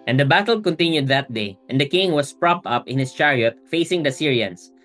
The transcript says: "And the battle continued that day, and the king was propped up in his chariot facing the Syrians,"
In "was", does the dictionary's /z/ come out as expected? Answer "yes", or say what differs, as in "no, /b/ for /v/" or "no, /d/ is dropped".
no, /s/ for /z/